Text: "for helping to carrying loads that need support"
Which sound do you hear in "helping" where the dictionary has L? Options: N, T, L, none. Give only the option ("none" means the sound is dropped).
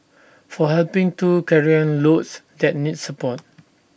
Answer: L